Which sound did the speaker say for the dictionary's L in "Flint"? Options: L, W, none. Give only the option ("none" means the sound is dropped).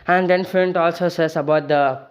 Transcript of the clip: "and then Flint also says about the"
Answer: none